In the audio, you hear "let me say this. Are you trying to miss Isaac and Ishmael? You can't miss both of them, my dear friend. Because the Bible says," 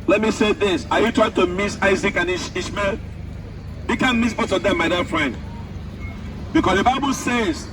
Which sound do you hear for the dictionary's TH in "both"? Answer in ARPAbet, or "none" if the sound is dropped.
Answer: S